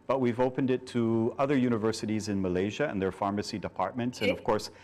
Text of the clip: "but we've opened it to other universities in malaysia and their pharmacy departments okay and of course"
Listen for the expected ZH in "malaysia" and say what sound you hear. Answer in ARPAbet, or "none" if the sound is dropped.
ZH